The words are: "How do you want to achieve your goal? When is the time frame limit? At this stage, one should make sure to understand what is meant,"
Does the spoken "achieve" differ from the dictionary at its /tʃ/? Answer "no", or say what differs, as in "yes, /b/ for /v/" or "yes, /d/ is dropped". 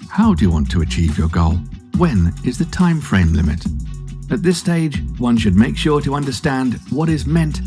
no